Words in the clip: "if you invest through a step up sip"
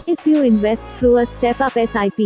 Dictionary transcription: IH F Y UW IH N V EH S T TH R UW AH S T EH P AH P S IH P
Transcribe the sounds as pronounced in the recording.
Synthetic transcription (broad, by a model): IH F Y UW IH N V EH S T F R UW AH S T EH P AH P S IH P